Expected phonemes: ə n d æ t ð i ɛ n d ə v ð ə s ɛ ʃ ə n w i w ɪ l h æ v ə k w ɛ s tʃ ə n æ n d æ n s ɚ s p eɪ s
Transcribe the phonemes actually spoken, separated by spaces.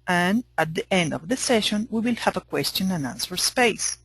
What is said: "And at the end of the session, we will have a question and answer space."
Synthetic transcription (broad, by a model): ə n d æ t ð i ɛ n d ə v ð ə s ɛ ʃ ə n w i w ɪ l h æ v ə k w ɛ s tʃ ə n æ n æ n s ɚ s p eɪ s